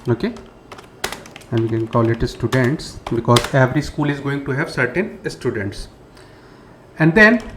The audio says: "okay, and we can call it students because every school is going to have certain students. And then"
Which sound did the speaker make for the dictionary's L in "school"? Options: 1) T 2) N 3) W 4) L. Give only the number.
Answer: 4